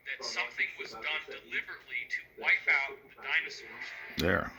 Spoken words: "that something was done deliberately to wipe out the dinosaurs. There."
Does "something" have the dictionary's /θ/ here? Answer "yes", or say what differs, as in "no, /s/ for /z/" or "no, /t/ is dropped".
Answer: yes